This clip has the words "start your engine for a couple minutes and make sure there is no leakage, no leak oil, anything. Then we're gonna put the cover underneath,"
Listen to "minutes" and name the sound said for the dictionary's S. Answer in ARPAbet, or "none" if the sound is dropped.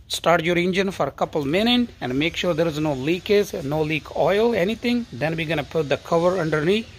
none